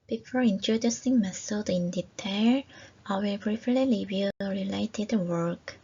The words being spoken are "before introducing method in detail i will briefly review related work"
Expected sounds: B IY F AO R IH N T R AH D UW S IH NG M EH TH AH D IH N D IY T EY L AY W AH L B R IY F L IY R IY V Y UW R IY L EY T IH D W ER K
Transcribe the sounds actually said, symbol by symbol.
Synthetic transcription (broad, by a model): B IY F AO R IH N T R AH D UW S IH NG M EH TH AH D IH N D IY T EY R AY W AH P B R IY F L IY L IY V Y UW R IY L EY T IH D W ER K